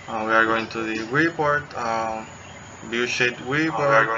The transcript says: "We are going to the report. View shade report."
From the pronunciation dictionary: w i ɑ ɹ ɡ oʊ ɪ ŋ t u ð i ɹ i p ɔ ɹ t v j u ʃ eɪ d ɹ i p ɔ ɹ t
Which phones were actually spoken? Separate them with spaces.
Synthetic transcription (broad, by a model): w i ɑ ɹ ɡ oʊ ɪ ŋ t u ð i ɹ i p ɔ ɹ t b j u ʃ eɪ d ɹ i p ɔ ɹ